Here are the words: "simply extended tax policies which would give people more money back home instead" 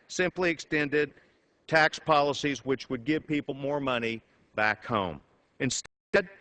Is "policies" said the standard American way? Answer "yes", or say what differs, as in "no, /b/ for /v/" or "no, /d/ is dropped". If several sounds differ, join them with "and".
yes